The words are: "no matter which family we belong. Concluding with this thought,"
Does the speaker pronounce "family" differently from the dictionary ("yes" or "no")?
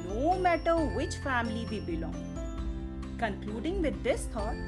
no